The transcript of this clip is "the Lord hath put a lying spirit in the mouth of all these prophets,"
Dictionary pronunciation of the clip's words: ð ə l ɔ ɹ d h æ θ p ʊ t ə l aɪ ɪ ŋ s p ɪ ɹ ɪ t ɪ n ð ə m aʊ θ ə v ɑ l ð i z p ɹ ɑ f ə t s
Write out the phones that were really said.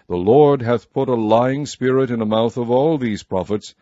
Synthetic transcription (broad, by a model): ð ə l ɔ ɹ d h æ θ p ʊ t ə l aɪ ɪ ŋ s p ɪ ɹ ɪ t ɪ n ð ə m aʊ θ ə v ɑ l ð i z p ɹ ɑ f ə t s